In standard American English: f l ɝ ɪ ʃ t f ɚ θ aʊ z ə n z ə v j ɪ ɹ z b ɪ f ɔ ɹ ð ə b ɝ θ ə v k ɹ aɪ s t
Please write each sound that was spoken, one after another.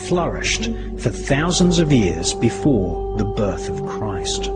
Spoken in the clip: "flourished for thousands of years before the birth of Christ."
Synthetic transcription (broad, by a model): f l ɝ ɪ ʃ t f ɚ θ aʊ z ə n z ə v j ɪ ɹ z b ɪ f ɔ ɹ ð ə b ɝ θ ə v k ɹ aɪ s t